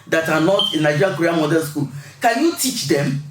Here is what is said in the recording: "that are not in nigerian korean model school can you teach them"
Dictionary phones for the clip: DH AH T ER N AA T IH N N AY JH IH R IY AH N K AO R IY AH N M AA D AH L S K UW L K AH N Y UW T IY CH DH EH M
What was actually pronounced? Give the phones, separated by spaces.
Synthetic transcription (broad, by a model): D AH T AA N AA T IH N N AY JH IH R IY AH K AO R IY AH M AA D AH N S K UW L K AH N Y UW T IY CH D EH M